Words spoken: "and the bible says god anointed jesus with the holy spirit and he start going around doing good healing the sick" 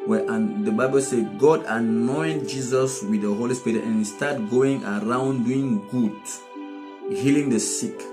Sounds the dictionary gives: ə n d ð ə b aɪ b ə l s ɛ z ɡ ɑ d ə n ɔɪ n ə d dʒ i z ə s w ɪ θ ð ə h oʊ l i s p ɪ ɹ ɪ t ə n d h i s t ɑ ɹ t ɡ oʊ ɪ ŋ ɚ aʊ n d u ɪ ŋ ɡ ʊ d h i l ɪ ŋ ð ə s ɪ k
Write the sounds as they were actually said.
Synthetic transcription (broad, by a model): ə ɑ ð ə b aɪ b ə l s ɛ ɡ ɑ d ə n ɔɪ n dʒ i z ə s w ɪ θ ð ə h oʊ l i s p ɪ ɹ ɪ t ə n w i s t ɑ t ɡ oʊ ɪ ŋ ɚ aʊ n d u ɪ ŋ ɡ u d h i l ɪ ŋ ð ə s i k